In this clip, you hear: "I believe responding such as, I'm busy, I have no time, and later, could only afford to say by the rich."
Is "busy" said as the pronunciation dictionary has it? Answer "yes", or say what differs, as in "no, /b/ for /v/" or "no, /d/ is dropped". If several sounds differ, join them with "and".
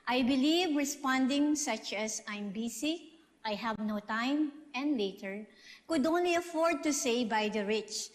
no, /s/ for /z/